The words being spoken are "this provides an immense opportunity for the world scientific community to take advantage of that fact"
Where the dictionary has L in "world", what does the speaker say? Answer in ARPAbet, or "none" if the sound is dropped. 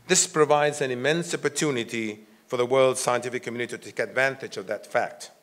L